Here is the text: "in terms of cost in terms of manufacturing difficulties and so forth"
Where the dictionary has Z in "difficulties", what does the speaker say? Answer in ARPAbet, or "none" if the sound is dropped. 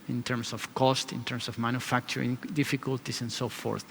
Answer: S